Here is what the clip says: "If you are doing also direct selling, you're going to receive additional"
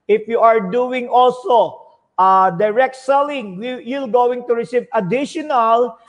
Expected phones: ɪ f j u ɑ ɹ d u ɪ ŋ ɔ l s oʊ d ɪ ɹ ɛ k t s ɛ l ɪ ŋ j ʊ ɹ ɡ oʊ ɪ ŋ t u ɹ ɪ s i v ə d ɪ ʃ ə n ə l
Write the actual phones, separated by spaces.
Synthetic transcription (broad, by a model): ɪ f j u ɑ ɹ d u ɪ ŋ ɔ l s oʊ d ɪ ɹ ɛ k t s ɛ l ɪ ŋ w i l ɡ oʊ ɪ ŋ t u ɹ ɪ s i v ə d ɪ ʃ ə n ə l